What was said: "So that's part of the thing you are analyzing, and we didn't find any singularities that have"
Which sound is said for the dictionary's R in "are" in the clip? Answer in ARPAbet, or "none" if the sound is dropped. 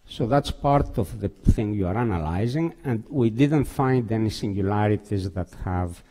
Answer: R